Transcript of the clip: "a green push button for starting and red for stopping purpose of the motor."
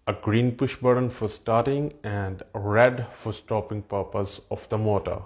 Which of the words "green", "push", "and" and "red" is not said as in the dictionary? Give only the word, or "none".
none